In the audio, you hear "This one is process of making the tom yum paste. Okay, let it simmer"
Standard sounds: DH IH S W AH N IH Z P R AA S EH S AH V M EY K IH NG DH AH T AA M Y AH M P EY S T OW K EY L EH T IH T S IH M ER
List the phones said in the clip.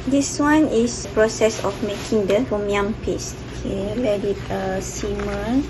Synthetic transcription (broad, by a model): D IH S W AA N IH S P R AA S EH S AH F M EY K IH NG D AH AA M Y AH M P EY S T OW K EY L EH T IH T S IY M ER